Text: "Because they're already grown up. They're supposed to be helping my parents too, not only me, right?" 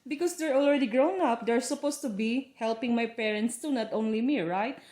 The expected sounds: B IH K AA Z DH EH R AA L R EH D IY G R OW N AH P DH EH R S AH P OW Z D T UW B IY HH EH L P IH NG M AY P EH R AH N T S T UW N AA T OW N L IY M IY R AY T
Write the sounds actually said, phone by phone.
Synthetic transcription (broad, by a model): B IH K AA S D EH R AA L R EH D IY G R OW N AH P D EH R S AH P OW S T UW B IY HH EH L P IH NG M AY P EH R AH N T S T UW N AA T OW N L IY M IY R AY T